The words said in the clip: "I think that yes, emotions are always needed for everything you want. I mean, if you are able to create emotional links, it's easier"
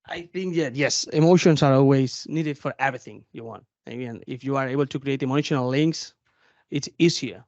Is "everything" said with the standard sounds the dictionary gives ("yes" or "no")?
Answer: yes